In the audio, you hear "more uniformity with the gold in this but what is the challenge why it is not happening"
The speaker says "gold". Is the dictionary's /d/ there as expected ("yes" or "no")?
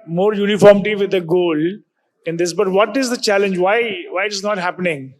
no